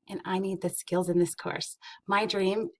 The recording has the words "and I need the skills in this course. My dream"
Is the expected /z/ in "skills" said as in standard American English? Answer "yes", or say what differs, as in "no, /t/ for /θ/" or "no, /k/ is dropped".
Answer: yes